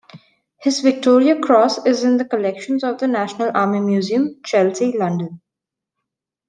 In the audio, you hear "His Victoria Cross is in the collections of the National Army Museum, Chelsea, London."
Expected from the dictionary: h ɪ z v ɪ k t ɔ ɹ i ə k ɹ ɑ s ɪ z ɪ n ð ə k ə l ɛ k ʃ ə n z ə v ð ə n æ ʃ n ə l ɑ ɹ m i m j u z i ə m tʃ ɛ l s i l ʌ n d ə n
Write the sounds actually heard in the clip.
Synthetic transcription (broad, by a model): h ɪ z v ɪ k t ɔ ɹ i ə k ɹ ɑ s ɪ z ɪ n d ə k ə l ɛ k ʃ ə n z ə v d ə n æ ʃ n ə l ɑ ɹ m i m j u z i ə m tʃ ɛ l s i l ʌ n d ə n